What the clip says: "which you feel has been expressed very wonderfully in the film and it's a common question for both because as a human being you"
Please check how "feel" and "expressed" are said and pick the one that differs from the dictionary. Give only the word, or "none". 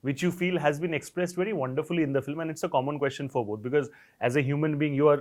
none